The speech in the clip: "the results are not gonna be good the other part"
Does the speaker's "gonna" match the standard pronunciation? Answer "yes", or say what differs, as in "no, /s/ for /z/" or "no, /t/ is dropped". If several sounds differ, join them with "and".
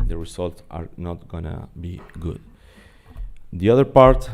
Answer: yes